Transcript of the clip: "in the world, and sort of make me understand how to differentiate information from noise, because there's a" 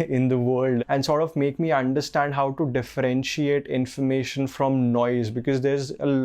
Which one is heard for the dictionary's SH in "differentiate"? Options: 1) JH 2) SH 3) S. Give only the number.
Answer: 2